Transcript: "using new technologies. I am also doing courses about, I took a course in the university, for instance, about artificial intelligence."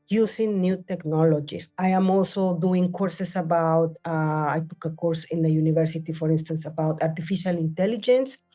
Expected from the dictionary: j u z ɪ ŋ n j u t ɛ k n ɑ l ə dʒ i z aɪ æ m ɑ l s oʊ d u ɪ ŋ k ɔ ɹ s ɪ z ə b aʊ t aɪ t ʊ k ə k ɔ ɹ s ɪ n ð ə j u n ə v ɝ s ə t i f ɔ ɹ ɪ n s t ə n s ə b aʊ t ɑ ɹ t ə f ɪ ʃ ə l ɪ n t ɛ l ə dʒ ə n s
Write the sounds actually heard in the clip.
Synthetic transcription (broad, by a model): j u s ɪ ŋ n j u t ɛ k n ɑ l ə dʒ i s aɪ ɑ m ɑ l s oʊ d u ɪ ŋ k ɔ ɹ s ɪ s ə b aʊ t aɪ t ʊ k ə k ɔ ɹ s ɪ n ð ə j u n ə v ɝ s ə t i f ɔ ɹ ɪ n s t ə n s ə b aʊ t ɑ ɹ t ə f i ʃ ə l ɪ n t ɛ l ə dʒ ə n s